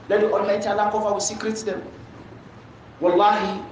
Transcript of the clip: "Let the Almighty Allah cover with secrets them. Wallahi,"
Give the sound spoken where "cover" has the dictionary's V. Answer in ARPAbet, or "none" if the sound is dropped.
F